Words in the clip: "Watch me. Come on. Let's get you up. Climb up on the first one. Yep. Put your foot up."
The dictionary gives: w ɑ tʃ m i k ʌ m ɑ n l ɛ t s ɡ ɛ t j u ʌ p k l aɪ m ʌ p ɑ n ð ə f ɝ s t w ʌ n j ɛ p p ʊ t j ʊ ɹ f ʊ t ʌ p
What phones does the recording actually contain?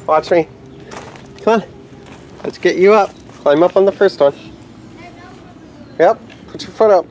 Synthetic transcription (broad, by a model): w ɑ tʃ m i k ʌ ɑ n l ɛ t s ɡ ɛ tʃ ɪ ʌ p k l aɪ m ʌ p n ð ə f ɝ s t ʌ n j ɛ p p ʊ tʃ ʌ ɹ f ʊ t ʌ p